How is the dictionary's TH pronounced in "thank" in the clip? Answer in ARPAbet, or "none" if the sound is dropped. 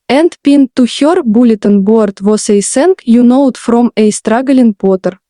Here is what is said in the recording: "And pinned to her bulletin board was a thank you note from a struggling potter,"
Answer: S